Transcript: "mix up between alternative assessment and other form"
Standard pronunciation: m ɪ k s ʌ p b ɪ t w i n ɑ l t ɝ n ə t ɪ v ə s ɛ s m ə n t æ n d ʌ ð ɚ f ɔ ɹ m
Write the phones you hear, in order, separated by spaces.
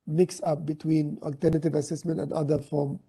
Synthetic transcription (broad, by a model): m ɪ k s ʌ p b ɪ t w i n ɑ l t ɝ n ə t ɪ v ə s ɛ s m ə n t æ n d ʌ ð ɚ f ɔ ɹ m